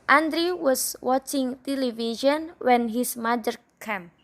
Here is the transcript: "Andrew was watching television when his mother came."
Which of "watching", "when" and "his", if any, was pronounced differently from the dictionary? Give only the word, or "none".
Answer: his